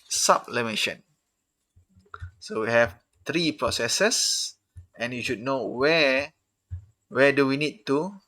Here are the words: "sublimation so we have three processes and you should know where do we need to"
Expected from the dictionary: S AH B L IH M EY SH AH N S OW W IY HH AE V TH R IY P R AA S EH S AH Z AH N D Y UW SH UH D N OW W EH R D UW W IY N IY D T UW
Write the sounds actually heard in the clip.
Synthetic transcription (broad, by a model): S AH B L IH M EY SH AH N S OW W IY HH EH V T R IY P R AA S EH S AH S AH N Y UW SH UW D N OW W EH W D UW W IY N IY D T UW